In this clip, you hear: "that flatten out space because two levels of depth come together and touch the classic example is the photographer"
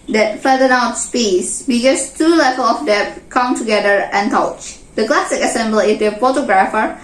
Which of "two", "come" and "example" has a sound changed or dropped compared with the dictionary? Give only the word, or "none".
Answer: example